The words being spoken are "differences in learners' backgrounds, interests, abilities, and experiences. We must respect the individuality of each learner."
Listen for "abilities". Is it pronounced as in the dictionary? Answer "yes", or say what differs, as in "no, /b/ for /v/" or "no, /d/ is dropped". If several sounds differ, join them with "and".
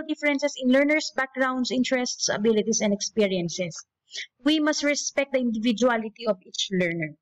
no, /s/ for /z/